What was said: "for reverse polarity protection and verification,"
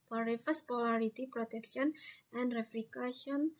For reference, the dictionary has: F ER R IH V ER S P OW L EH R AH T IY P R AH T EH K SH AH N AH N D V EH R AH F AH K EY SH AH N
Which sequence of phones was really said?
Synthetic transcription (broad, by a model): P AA R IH F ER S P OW L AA R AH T IY P R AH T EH K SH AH N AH N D R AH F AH K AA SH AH N